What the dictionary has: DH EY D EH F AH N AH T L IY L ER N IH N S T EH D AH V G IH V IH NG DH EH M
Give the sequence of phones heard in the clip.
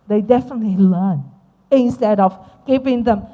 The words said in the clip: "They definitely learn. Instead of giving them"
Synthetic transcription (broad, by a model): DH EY D EH F AH N AH T L IY L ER N IH N S T EH D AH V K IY P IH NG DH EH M